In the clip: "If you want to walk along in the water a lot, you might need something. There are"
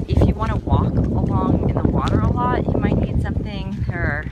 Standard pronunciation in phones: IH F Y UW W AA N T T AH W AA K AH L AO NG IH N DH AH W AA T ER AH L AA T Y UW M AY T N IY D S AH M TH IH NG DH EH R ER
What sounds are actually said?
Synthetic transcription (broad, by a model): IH F Y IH W AA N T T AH W AA K AH L AO NG IH N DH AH W AA T ER AH L AA T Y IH M AY T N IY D S AH M TH IH NG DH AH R